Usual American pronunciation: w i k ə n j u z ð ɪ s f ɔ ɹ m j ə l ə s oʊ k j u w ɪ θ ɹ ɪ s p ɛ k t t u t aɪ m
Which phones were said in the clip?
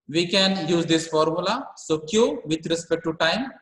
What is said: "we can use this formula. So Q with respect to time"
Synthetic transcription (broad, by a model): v i k ə n j u z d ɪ s f ɔ ɹ m j ə l ə s oʊ k j u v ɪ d ɹ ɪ s p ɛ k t t u t aɪ m